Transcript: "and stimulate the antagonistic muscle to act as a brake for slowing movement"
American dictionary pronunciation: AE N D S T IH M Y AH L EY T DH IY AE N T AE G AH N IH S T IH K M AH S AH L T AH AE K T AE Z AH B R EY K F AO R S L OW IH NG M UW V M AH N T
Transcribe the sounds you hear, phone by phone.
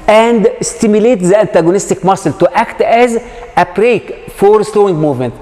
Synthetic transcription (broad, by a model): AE N D S T IH M Y AH L EY T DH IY AE N T AE G AH N IH S T IH K M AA S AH L T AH AE K T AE Z AH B R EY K F AO R S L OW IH NG M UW V M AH N T